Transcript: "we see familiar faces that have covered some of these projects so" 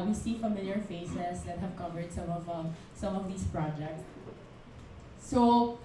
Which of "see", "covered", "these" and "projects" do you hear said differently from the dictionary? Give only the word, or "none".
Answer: these